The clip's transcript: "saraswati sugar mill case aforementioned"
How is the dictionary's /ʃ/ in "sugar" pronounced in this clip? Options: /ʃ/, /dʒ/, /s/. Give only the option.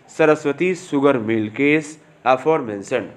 /s/